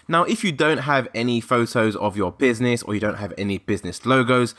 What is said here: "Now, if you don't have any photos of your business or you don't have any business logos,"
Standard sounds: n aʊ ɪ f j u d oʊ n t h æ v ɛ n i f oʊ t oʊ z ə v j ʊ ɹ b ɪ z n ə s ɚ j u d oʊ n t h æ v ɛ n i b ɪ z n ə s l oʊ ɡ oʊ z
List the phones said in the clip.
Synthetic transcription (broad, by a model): n aʊ ɪ f j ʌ d oʊ n t h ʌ v ɛ n i f oʊ t oʊ z ə v j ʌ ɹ b ɪ z n ə s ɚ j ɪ d oʊ n t h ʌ v ɛ n i b ɪ z n ə s l oʊ ɡ oʊ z